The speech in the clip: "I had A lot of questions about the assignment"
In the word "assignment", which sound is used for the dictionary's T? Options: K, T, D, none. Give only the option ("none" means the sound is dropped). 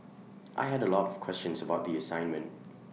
T